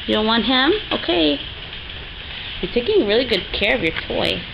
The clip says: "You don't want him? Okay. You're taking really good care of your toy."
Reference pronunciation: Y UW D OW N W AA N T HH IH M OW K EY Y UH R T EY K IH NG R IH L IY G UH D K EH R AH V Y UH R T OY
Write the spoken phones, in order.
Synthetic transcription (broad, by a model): Y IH D OW N W AA N T HH IH M OW K EY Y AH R T EY K IH NG R IH L IY G UH D K EH R AH V Y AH R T OY